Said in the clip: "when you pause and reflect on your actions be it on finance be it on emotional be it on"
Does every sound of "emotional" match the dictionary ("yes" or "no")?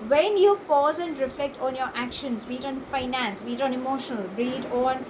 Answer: yes